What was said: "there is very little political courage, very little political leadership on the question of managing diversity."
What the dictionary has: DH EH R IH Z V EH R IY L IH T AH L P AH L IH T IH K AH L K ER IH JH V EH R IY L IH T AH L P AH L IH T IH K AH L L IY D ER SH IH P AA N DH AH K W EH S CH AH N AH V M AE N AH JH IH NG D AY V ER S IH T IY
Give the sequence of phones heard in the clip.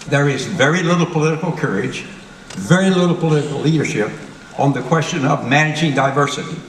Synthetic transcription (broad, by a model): DH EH R IH Z V EH R IY L IH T L P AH L IH T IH K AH L K ER IH JH V EH R IY L IH T L P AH L IH T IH K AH L L IY D ER SH IH P N DH AH K W EH S CH AH N AH V M AE N AH JH IH NG D AY V ER S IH T IY